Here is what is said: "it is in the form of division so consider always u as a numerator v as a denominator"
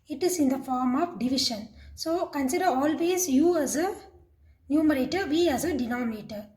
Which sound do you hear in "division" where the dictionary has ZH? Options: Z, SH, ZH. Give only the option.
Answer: SH